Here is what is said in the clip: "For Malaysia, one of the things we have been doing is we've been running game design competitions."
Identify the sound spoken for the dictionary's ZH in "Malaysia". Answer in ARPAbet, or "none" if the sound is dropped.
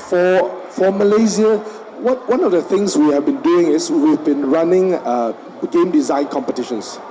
Z